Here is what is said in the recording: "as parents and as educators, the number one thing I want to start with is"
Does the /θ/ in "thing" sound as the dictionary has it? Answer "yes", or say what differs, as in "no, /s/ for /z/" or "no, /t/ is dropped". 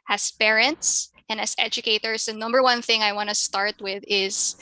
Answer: yes